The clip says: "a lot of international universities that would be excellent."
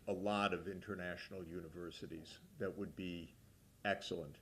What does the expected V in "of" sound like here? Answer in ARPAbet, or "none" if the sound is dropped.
V